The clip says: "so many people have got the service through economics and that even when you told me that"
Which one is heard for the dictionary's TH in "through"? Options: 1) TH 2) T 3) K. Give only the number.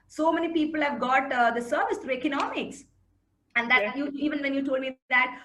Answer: 2